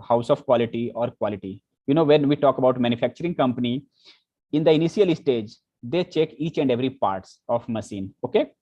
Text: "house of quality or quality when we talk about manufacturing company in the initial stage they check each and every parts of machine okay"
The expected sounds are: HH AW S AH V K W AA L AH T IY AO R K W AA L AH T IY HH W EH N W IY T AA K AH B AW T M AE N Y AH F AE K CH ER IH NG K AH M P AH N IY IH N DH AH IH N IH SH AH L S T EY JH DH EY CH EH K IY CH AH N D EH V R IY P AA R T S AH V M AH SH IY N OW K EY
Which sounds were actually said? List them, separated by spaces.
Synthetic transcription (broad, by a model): HH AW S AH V K W AA L AH T IY AO R K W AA L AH T IY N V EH N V IY T AA K AH B AW T M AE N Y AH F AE K CH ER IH NG K AH M P AH N IY IH N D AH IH N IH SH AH L S T EY JH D EY CH EH K IY CH AH N D EH V R IY P AA R T S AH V M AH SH IY N OW K EY